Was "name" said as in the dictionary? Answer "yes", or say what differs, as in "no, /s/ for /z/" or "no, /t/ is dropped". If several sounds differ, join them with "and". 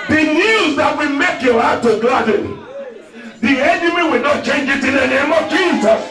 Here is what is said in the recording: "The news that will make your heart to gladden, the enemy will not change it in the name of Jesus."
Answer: yes